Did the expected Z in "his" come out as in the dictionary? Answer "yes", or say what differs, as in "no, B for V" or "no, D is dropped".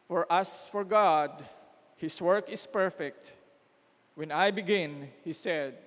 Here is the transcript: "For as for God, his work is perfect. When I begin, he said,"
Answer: no, S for Z